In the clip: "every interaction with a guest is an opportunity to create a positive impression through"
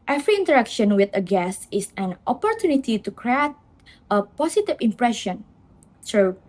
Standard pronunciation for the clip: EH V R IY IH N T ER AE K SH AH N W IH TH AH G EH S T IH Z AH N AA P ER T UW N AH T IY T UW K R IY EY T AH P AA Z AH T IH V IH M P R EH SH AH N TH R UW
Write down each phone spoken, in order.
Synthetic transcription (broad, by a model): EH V R IY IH N T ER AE K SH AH N W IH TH AH G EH S IH S AH N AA P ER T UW N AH T IY T UW K R IY EY T AH P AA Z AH T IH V IH M P R EH SH AH N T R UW